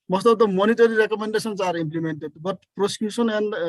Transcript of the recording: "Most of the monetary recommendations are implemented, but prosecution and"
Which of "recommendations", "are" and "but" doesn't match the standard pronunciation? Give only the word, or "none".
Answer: recommendations